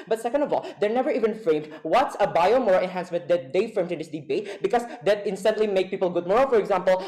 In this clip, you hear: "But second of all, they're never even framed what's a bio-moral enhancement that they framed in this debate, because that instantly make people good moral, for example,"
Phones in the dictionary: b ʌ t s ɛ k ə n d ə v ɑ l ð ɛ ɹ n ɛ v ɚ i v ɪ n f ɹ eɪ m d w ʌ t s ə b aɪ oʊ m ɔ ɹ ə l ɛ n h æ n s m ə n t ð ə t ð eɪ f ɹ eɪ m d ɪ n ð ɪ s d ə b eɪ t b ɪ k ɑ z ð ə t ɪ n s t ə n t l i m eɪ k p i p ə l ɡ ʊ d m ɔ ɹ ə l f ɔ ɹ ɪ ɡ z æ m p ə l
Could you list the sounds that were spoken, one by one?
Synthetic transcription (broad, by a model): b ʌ t s ɛ k ə n d ə v ɑ l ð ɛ ɹ n ɛ v ɚ i v ɪ n f ɹ eɪ m d w ʌ t s ə b aɪ oʊ m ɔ ɹ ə ɛ n h æ n s m ə n t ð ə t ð eɪ f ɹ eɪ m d ɪ n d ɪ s d ə b eɪ t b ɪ k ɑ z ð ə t ɪ n s t ə n t l i m eɪ k p i p ə l ɡ ʊ d m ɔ ɹ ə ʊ f ɔ ɹ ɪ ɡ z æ m p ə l